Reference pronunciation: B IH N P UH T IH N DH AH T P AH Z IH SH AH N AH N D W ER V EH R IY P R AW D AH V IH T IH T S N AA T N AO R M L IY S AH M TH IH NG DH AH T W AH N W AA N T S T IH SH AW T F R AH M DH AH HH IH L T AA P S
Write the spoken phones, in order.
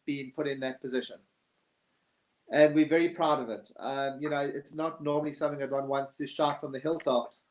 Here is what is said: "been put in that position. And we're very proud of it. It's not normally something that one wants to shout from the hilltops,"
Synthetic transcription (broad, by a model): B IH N P UH T IH N DH AH T P AH Z IH SH AH N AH N W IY V EH R IY P R AW D AH V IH T IH T S N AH T N AO R M L IY S AH M TH IH NG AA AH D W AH N W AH N S T IH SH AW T F R AH M DH AH HH IH L T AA P S